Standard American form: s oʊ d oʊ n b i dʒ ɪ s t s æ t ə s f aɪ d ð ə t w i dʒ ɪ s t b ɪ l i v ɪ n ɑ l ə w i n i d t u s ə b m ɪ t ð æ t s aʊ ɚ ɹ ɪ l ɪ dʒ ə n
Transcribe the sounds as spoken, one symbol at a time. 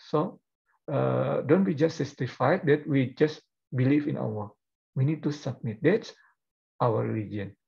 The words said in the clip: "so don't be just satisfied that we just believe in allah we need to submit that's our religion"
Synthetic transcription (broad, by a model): s oʊ d oʊ n b i dʒ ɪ s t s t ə f aɪ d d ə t w i dʒ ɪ s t b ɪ l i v ɪ n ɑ w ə w i n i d t u s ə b m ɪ t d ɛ t s aʊ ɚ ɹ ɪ l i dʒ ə n